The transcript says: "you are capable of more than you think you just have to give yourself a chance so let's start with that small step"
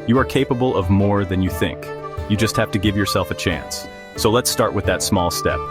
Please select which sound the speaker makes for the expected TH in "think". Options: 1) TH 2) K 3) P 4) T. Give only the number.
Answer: 1